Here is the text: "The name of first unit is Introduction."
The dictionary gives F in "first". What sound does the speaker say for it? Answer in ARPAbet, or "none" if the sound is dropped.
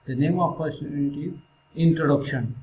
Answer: P